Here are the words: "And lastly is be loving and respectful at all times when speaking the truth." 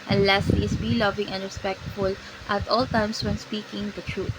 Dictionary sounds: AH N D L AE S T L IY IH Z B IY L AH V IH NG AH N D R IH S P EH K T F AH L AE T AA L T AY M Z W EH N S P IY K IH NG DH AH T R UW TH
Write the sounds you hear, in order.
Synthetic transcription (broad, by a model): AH N L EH S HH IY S B IY L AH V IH NG AH N D R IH S P EH K T F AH L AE T AA L T AY M S W EH N S P IY K IH NG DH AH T R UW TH